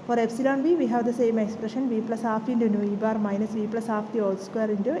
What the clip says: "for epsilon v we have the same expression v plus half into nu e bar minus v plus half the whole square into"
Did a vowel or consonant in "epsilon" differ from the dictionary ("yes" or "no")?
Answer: no